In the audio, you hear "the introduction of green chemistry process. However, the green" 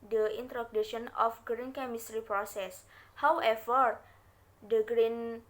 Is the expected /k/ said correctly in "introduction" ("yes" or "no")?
no